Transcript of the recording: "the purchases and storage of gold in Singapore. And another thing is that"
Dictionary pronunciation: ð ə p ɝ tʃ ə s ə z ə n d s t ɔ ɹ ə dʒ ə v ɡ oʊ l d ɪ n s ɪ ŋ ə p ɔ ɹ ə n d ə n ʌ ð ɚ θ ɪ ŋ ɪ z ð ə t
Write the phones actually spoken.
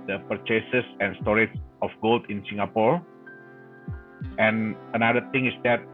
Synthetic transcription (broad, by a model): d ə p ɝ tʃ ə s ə s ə n s t ɔ ɹ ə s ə f ɡ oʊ l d ɪ n s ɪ ŋ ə p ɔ ɹ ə n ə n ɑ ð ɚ t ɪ ŋ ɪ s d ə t